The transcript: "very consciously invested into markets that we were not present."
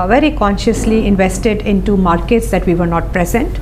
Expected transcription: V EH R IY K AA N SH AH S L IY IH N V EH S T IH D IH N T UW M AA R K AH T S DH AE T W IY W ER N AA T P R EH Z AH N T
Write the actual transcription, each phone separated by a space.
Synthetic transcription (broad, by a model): V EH R IY K AA N SH AH S L IY IH N V EH S T IH D IH N T UW M AA R K AH T S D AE T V IY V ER N AA T P R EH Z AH N T